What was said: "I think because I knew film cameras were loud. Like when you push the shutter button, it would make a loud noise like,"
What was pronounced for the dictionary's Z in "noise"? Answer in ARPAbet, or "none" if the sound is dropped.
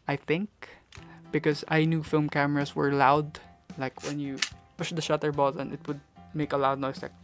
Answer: S